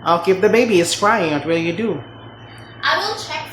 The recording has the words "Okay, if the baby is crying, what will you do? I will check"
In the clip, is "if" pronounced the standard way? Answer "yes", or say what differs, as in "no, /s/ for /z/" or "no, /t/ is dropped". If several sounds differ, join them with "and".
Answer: no, /p/ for /f/